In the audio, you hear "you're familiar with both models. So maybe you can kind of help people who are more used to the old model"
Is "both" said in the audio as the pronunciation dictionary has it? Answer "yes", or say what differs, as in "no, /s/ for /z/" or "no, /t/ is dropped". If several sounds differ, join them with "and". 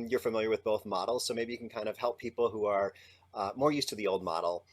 yes